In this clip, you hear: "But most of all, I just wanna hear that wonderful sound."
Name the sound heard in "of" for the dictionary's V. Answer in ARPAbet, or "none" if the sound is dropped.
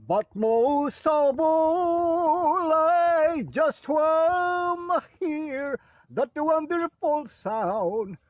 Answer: B